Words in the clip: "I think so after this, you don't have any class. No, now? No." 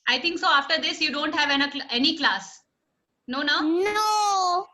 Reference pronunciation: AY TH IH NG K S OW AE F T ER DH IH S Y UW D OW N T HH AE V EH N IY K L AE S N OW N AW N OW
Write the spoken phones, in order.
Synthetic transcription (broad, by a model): AY T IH NG K S OW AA F T ER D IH S Y UW D OW N T HH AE V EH N IY K L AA S N OW N AW N OW